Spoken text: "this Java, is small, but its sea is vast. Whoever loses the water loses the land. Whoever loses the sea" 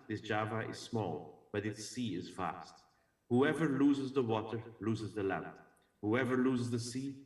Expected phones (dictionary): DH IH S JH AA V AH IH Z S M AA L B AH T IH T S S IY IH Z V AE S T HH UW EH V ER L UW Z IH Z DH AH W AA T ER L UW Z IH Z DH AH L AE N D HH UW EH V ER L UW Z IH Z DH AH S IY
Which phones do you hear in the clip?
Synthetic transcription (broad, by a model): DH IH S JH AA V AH IH Z S M AA L B AH T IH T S S IY IH Z F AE S T HH UW EH V ER L UW Z IH Z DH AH W AA T ER L UW Z IH Z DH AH L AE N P HH UW EH V ER L UW Z IH Z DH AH S IY